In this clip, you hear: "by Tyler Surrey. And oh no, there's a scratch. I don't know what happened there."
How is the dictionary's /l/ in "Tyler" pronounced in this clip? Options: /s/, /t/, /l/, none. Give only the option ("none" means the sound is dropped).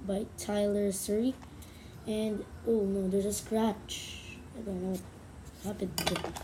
/l/